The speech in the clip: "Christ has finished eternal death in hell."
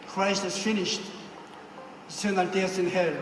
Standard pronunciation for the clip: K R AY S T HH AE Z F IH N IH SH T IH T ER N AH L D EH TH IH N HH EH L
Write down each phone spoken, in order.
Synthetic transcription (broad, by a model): K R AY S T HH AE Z F IH N IH SH T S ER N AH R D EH S IH N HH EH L